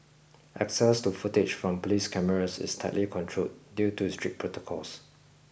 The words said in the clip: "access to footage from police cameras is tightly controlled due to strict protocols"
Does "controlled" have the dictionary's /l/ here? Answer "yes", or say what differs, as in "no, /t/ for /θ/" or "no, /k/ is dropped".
no, /l/ is dropped